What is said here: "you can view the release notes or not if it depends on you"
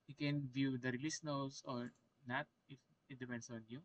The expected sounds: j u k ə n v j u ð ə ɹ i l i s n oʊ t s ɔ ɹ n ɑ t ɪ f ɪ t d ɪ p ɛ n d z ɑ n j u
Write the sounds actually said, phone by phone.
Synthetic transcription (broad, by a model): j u k ə n v j u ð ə ɹ i l i s n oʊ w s ɔ ɹ n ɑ t ɪ f ɪ t d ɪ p ɛ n d s ɑ n j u